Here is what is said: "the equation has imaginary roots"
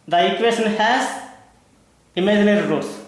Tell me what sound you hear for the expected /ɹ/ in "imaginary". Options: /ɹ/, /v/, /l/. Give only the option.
/ɹ/